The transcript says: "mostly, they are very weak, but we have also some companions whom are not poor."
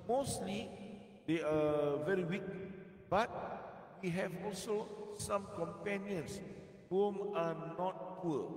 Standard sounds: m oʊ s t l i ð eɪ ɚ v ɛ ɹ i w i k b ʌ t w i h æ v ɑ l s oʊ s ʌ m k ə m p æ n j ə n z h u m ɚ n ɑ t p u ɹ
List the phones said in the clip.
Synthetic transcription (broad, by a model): m oʊ s t l i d eɪ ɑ v ɛ ɹ i w i k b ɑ t w i h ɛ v ɑ l s oʊ s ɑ m k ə m p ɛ n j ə n s h u m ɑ n ɑ t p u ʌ